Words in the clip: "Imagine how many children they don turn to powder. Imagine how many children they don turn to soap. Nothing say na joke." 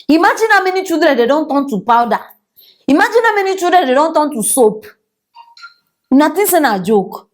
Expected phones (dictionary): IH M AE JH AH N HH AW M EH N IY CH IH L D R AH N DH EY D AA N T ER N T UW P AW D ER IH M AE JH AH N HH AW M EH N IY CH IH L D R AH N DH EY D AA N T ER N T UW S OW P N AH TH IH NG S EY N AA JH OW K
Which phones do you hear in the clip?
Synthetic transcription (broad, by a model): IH M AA JH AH N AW M EH N IY CH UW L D R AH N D EY D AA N T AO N T UW P AW D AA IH M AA JH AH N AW M EH N IY CH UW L D R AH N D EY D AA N T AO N T UW S OW P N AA T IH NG S EY N AA JH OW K